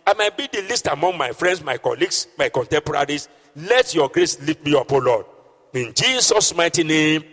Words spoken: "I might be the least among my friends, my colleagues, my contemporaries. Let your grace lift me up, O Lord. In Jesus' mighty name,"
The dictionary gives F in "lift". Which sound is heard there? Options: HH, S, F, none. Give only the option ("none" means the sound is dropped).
none